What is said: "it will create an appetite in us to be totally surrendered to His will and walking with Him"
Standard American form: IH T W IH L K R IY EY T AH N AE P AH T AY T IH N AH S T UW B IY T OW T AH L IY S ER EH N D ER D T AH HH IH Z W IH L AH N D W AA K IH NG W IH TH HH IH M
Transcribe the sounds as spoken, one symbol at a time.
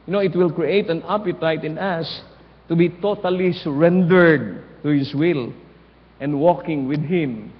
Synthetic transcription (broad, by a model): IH T W IH L K R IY EY T AH N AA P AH T AY T IH N AH S T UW B IY T OW T AH L IY S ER EH N D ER D T AH HH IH S W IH L AH N D W AA K IH NG W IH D HH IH M